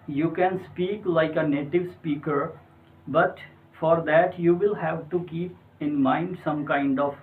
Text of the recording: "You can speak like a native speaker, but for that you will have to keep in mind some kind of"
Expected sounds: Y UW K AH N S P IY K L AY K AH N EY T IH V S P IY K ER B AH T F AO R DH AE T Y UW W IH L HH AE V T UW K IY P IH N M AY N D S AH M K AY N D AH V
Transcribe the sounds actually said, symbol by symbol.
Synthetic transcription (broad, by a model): Y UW K AH N S P IY K L AY K AH N EY T IH V S P IY K ER B AH T F AO R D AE T Y UW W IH L HH AE V T UW K IY P IH N M AY N D S AH M K AY N D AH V